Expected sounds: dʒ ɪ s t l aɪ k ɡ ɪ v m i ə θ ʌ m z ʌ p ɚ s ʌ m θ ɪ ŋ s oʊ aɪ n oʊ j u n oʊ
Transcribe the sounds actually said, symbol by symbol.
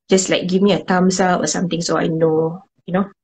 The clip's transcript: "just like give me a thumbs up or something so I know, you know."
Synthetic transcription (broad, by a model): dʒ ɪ s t l aɪ k ɡ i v m i ə t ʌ m s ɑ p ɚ s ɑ m t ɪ ŋ s oʊ aɪ n oʊ j u n oʊ